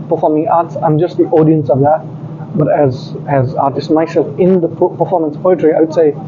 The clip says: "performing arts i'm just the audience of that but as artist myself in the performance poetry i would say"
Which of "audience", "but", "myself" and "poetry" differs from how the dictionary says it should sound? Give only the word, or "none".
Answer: none